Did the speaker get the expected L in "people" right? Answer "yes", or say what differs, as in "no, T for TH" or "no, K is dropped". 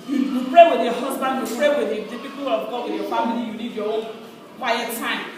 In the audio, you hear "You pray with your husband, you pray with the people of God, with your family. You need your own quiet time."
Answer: no, W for L